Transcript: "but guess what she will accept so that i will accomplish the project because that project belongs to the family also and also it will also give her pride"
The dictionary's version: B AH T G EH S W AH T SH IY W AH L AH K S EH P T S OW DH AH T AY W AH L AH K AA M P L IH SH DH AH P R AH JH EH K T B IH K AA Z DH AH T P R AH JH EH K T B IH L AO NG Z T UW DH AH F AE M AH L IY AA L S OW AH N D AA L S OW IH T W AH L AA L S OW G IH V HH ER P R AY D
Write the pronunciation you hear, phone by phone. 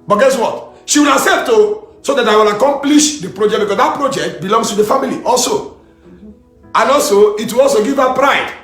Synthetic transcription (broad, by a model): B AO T G EH S W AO T SH IY W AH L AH S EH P T S OW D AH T AY W AH L AH K AA M P L IH SH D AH P R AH JH EH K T B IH K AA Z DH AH T P R AH JH EH K T B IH L AO NG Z T UW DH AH F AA M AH L IY AA L S OW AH N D AA L S OW IH T W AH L AA L S OW G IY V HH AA P R AY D